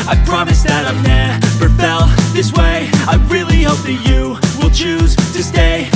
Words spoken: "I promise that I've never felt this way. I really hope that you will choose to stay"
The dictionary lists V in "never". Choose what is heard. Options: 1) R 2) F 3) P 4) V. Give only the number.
3